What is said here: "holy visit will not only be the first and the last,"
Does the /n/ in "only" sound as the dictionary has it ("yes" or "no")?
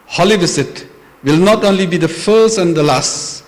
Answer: yes